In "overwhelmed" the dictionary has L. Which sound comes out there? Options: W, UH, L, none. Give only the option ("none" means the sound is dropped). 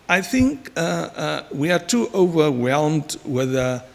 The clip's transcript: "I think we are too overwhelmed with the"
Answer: L